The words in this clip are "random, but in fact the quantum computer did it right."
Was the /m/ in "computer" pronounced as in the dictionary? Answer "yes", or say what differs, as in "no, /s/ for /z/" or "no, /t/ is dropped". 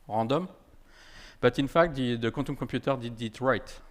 no, /m/ is dropped